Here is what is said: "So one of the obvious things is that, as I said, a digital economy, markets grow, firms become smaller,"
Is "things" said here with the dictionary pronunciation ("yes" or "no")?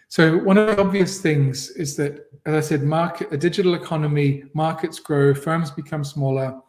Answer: yes